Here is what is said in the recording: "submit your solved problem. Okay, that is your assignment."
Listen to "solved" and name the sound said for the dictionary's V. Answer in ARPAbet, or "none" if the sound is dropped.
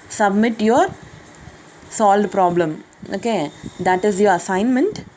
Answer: none